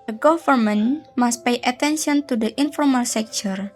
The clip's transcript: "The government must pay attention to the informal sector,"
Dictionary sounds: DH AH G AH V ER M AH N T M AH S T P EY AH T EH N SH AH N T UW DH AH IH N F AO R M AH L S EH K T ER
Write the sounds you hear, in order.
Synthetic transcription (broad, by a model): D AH G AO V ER M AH N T M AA S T P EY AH T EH N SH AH N T UW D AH IH N F AO R M AH L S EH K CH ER